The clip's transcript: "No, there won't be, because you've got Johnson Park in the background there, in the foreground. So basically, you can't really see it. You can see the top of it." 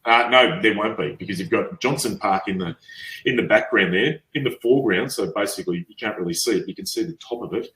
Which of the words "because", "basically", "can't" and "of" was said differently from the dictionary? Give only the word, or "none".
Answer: none